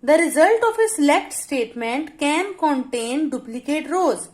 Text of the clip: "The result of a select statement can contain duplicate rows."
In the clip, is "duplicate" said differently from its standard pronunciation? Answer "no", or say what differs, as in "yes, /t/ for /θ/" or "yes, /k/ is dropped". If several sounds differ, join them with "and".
no